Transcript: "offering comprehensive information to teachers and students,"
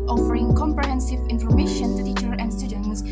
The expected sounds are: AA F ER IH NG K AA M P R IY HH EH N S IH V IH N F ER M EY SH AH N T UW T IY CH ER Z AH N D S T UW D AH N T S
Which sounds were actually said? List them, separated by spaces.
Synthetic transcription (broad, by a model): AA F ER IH NG K AA M P R IY HH EH N S IH V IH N F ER M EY SH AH N T UW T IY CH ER AH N S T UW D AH N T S